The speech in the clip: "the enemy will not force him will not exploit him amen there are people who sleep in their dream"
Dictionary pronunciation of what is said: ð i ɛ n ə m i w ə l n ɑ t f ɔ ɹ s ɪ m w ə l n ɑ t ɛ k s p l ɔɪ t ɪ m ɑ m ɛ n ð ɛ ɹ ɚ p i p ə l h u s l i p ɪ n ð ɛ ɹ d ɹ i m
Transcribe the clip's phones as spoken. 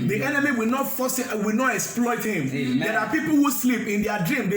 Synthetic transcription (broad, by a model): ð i ɛ n ə m i w ə l n ɑ t f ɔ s w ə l n ɑ t ɛ k s p l ɔɪ t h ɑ m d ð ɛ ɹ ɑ p i p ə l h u s l i p ɪ n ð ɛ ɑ d ɹ i m